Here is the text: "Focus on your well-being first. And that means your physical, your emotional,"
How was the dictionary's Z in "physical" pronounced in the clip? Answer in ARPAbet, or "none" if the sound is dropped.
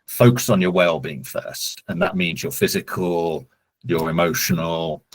Z